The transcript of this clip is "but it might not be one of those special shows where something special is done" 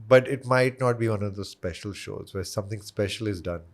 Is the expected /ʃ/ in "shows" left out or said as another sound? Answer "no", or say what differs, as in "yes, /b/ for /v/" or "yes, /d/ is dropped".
no